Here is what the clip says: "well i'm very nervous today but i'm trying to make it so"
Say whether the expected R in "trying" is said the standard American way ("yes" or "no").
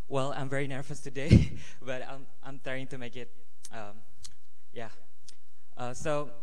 no